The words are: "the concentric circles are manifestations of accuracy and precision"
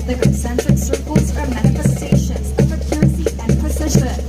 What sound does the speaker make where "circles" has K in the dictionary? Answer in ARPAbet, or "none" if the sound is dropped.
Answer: K